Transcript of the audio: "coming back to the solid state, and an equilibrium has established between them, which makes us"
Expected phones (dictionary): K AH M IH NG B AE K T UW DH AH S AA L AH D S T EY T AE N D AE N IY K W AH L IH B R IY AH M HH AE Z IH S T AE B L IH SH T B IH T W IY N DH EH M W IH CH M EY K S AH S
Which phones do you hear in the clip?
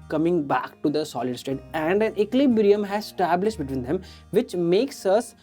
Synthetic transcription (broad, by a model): K AH M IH NG B AE K T UW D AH S AA L AH D S T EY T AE N D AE N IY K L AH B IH R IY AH M HH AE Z S T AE B L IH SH T B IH T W IY N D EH M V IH CH M EY K S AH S